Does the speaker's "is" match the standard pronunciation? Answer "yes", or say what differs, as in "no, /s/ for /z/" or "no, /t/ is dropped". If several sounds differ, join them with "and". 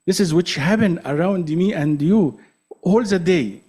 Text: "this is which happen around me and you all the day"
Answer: yes